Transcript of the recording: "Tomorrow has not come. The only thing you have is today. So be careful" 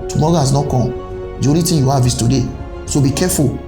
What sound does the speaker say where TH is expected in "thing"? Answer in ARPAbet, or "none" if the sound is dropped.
T